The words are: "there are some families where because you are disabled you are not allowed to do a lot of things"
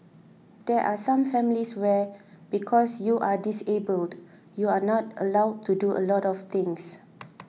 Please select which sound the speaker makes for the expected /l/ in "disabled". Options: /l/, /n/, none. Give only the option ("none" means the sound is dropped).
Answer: /l/